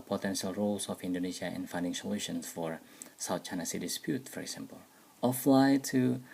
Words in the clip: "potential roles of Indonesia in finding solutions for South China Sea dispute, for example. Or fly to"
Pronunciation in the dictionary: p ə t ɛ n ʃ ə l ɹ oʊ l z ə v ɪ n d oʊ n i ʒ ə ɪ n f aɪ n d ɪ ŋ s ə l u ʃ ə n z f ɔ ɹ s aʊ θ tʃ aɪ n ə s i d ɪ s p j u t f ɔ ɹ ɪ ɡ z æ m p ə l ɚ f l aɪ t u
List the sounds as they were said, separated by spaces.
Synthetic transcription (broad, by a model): p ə t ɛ n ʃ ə l ɹ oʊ l s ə f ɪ n d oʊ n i s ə ɪ n f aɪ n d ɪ ŋ s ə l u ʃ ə n s f ɔ ɹ s aʊ t tʃ aɪ n ə s i d ɪ s p j u t f ɔ ɹ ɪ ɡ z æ m p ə l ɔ f l aɪ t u